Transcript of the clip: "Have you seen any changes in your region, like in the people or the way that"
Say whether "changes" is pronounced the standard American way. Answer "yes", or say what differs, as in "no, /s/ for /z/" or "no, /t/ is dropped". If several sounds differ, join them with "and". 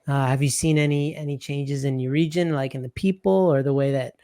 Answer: yes